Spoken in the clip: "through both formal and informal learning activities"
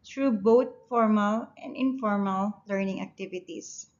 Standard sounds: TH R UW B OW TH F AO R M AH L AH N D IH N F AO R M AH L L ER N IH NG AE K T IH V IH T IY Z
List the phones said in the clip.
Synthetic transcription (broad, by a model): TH R UW B OW T F AO R M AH L AH N D IH N F AO R M AH L L ER N IH NG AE K T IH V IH T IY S